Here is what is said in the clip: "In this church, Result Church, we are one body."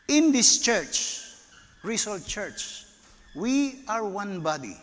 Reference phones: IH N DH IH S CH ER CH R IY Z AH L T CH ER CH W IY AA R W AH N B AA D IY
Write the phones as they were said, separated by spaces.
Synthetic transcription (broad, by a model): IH N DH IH S CH ER CH R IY S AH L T CH ER CH W IY AA R W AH N B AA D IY